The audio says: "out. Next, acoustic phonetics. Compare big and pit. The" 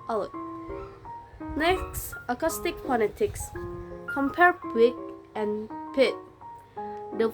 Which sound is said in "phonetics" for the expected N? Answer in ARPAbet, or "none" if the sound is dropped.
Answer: L